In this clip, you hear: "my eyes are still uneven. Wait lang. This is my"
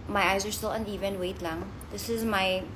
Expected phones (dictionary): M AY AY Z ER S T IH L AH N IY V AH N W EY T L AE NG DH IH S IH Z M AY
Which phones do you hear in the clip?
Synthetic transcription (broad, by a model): M AY AY Z ER S T IH L AH N IY V AH N W EY T L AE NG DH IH S IH Z M AY